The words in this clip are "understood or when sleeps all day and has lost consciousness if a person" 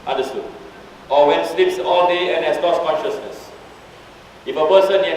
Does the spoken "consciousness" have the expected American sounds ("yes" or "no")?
yes